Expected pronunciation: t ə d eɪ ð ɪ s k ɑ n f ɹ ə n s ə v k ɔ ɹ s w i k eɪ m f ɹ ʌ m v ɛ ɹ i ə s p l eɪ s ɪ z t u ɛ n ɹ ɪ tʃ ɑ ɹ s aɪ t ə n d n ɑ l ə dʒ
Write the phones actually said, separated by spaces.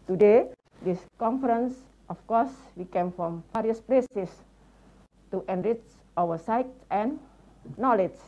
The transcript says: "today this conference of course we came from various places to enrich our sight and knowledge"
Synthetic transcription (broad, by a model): t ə d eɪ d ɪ s k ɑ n f ɹ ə n s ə f k ɔ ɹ s w i k eɪ m f ɹ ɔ m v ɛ ɹ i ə s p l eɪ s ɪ s t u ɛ n ɹ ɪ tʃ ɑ w s aɪ t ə n n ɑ l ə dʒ